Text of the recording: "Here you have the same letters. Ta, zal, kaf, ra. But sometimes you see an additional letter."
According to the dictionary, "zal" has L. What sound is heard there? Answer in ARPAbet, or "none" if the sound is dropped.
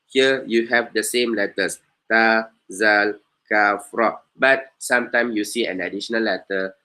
L